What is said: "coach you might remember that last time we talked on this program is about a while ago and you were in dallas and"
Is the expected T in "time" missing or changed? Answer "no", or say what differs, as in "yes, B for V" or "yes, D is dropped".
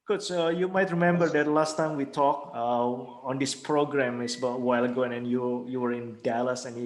no